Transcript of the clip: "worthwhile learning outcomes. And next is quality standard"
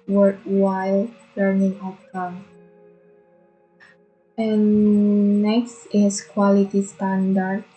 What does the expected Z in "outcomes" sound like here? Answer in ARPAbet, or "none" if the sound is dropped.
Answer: none